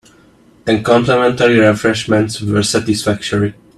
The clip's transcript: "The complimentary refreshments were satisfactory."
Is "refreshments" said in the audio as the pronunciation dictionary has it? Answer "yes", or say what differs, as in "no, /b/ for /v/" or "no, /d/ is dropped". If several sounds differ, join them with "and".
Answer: yes